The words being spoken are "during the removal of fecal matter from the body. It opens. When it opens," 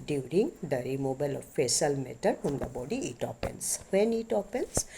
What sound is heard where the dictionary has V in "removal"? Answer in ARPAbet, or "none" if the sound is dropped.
B